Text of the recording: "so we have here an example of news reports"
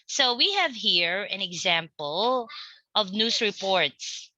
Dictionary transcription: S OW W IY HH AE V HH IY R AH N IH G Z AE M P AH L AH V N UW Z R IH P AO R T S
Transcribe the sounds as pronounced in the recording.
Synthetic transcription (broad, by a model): S OW W IY HH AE V HH IY R AH N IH G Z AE M P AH L AH V N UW S R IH P AO R T S